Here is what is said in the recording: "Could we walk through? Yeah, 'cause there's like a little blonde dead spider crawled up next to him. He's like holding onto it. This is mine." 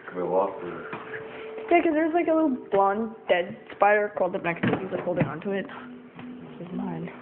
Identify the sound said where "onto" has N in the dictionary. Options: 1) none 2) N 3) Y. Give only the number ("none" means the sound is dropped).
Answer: 2